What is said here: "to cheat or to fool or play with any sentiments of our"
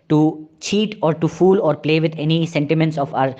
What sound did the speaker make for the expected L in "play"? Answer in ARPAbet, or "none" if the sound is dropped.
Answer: L